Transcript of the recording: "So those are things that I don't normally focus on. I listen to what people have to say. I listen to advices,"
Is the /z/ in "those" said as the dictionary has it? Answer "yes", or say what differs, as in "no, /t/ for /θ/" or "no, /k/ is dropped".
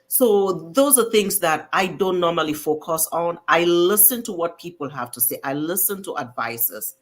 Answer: yes